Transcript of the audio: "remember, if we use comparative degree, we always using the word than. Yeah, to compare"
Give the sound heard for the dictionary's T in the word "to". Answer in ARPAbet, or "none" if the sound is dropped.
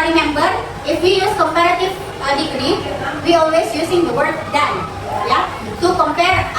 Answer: S